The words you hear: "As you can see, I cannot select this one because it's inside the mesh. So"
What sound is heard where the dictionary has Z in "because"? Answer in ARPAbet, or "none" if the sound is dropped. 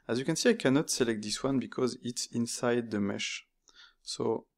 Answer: Z